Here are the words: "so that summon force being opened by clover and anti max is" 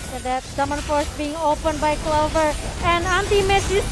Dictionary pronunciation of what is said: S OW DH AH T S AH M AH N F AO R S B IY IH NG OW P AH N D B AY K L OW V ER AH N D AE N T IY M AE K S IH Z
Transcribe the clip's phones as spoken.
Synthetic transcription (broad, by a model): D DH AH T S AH M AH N F AO R S B IY IH NG OW P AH N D B AY K L OW V ER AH N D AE N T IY M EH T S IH